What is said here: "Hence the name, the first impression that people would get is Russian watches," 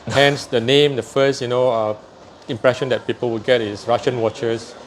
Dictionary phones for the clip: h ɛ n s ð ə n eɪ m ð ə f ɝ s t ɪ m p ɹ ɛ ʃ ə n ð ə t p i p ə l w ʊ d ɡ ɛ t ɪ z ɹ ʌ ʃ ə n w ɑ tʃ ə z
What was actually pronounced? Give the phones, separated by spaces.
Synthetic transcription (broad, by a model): h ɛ n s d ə n eɪ m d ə f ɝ s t ɪ m p ɹ ɛ ʃ ə n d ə t p i p ə l w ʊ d ɡ ɛ t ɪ s ɹ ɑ ʃ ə n w ɑ tʃ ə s